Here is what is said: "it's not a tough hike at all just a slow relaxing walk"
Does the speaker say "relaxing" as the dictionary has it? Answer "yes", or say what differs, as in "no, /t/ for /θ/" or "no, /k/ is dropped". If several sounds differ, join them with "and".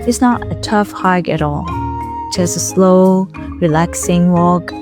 yes